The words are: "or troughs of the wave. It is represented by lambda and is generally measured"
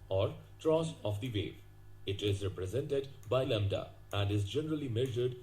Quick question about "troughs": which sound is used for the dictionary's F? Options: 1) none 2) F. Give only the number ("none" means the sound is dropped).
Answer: 1